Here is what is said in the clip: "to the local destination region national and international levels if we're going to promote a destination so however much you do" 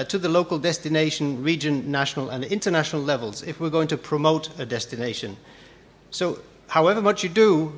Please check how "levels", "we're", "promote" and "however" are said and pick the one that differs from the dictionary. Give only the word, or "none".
none